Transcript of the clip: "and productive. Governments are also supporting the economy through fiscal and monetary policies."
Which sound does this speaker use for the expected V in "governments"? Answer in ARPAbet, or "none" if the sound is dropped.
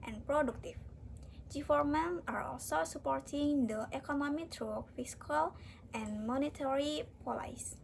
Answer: F